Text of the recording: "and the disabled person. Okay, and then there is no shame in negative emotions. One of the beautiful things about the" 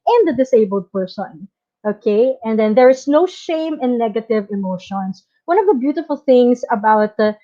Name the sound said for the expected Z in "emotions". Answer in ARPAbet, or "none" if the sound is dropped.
S